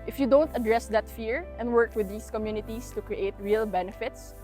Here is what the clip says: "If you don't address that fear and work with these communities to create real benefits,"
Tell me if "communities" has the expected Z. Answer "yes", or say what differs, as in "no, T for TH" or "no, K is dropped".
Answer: no, S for Z